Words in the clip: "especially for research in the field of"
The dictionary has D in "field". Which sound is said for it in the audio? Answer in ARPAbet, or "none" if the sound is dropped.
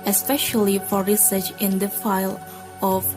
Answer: none